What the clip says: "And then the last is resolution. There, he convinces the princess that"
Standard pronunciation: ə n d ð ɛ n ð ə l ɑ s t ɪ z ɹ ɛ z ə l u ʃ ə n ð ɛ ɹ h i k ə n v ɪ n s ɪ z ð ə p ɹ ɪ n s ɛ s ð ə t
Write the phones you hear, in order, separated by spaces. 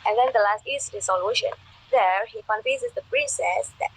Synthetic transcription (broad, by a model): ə n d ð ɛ n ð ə l ɑ s t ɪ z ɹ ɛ s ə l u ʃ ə n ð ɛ ɹ h i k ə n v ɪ s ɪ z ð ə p ɹ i s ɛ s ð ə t